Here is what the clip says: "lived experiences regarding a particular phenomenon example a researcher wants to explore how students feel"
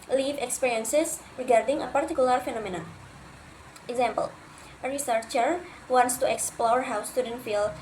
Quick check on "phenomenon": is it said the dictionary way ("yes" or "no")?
yes